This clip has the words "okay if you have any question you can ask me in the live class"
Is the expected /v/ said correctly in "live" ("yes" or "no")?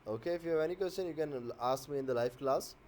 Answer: no